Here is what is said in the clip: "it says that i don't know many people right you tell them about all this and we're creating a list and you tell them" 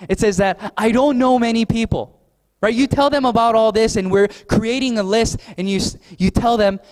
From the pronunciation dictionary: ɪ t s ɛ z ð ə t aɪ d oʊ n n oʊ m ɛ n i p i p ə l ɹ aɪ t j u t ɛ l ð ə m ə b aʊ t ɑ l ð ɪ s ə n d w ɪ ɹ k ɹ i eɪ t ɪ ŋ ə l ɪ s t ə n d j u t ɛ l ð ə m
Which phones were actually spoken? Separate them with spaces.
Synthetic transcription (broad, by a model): ɪ t s ɛ z ð ə t aɪ d oʊ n n oʊ m ɛ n i p i p l ɹ aɪ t j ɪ t ɛ l ð ə m ə b aʊ t ɑ l ð ɪ s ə n w ɪ ɹ k ɹ i eɪ t ɪ ŋ ə l ɪ s t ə n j j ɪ t ɛ l ð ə m